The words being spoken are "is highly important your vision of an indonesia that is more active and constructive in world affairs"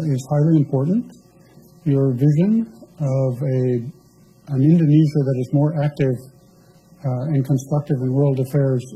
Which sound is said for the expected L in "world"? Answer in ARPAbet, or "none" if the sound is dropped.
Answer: L